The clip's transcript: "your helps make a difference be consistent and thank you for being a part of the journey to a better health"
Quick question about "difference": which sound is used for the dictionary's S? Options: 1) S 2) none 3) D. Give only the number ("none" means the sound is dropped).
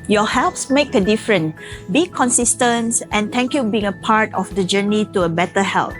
2